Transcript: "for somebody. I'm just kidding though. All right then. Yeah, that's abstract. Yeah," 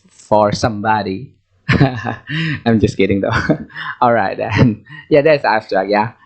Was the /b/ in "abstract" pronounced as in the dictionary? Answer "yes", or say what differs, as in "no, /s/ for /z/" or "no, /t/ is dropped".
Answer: no, /b/ is dropped